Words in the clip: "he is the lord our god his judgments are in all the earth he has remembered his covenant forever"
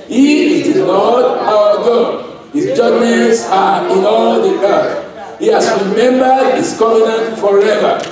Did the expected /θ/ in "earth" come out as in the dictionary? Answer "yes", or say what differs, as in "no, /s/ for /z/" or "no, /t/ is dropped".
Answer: no, /s/ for /θ/